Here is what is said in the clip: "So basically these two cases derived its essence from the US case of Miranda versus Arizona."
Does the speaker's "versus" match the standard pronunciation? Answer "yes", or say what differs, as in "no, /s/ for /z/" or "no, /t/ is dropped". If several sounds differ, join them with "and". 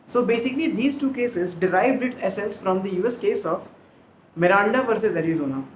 no, /p/ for /v/